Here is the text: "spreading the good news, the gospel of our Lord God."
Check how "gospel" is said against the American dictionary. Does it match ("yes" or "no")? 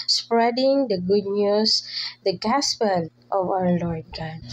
no